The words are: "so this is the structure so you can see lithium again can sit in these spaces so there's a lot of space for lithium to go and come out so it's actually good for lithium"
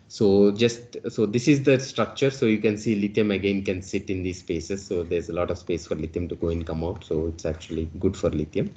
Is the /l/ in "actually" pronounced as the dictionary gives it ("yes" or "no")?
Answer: yes